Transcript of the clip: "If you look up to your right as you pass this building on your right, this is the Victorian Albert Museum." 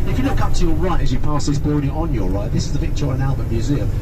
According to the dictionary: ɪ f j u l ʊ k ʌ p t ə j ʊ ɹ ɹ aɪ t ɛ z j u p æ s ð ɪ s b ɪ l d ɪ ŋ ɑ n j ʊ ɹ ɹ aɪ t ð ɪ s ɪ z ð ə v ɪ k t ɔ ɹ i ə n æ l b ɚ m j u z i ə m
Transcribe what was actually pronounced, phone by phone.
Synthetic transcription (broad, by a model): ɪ f j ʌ l ʊ k ʌ p t ə j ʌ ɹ ɹ aɪ t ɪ z j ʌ p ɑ s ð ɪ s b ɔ d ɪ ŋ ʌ n j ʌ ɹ ɹ aɪ t ð ɪ s ɪ z ð ə p ɪ k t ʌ ɹ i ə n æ l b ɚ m j u z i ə m